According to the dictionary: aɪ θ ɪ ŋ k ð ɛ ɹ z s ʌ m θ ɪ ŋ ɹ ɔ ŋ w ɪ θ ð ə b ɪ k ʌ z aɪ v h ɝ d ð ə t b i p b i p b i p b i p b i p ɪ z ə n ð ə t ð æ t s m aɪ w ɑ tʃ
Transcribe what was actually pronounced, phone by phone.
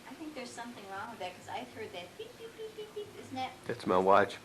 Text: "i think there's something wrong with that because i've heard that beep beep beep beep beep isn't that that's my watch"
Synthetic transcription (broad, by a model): aɪ θ ɪ ŋ k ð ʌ ɹ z s ʌ m θ ɪ ŋ ɹ ɔ ŋ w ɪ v ð ə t k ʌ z aɪ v h ɝ d ð ə t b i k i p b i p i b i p ɪ z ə n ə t ð æ t s m aɪ w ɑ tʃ